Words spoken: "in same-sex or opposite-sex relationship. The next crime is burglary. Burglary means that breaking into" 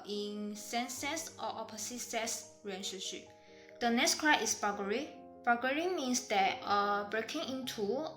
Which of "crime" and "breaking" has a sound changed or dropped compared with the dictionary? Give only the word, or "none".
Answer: crime